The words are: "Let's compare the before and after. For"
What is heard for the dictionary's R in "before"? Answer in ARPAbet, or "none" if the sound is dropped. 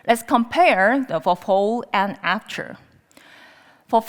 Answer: L